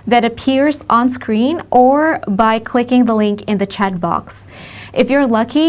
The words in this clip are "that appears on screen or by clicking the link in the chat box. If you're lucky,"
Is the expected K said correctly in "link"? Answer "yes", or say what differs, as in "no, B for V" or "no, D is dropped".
yes